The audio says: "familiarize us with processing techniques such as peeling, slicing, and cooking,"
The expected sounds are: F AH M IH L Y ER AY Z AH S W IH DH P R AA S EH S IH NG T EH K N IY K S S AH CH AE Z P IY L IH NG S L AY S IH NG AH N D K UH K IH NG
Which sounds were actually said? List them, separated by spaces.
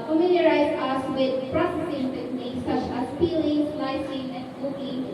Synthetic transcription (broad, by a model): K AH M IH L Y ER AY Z AH S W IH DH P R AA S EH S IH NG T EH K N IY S S AH CH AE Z F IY L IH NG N AY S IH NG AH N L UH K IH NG